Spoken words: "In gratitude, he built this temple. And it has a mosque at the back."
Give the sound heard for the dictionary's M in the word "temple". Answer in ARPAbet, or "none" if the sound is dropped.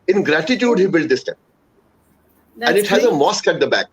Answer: none